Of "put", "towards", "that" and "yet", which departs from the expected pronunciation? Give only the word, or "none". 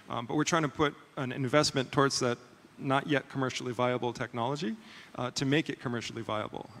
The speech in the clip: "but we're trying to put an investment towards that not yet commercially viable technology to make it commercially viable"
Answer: none